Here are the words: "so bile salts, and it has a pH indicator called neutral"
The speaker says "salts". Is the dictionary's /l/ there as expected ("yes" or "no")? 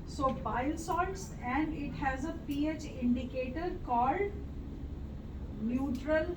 no